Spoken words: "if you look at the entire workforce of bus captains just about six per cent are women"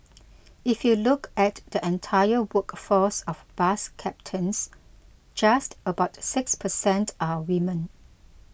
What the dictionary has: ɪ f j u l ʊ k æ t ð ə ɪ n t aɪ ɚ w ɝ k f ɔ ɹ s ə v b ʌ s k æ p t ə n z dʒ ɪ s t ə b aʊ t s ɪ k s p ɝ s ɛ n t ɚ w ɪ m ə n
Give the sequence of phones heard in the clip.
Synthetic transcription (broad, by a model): ɪ f j u l ʊ k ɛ t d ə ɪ n t aɪ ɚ w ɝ k f ɔ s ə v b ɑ s k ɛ p t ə n s dʒ ɪ s t ə b aʊ t s ɪ k s p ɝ s ɛ n t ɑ w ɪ m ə n